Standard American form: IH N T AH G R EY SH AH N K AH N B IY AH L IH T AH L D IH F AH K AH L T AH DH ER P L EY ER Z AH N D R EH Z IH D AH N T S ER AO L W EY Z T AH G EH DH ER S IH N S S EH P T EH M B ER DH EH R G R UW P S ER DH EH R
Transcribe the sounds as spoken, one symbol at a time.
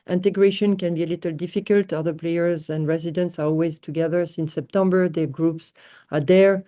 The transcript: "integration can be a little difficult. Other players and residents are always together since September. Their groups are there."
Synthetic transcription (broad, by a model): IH N T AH G R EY SH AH N K AH N B IY AH L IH T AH L D IH F AH K AH L T AH DH ER P L EY ER Z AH N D R EH Z IH D AH N T S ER AO L W EY Z T AH G EH DH ER S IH N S S EH P T EH M B ER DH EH G R UW P S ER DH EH R